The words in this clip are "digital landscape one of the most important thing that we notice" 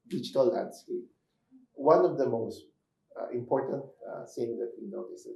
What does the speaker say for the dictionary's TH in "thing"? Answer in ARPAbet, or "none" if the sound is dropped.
S